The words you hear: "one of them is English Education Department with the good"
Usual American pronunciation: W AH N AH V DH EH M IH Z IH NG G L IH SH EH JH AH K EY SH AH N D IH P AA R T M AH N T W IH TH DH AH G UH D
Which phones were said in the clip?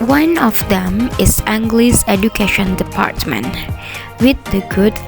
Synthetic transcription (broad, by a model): W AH N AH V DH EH M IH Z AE NG G L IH S EH JH AH K EY SH AH N D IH P AA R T M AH N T W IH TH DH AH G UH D